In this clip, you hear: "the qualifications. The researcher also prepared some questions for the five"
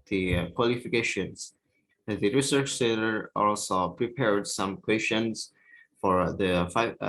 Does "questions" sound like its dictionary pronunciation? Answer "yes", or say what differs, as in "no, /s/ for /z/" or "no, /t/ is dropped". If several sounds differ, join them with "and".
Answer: no, /ʃ/ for /tʃ/